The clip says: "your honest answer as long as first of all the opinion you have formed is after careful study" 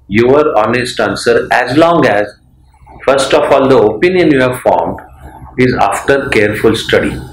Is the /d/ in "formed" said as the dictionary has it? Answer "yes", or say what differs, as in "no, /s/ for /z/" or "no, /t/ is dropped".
yes